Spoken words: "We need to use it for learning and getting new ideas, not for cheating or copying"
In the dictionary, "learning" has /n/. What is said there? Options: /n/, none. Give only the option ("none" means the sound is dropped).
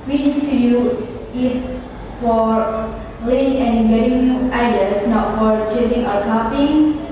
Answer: none